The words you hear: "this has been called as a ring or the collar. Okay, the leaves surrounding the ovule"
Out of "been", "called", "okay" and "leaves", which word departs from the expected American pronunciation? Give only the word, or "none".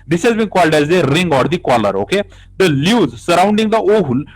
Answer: leaves